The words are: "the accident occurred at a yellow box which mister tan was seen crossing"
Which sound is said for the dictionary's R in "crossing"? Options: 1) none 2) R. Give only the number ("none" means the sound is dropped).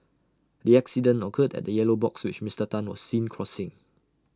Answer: 2